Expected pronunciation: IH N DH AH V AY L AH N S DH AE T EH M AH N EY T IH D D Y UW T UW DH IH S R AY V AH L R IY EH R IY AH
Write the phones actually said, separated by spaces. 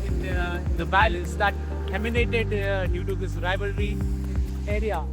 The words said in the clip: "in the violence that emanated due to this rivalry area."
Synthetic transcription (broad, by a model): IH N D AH B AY L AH S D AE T EH M AH N EY T IH D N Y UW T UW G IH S R AY V AH L R IY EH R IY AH